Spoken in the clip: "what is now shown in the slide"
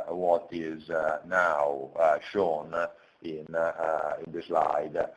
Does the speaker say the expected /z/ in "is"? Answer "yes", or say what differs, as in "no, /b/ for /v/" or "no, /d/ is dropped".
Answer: yes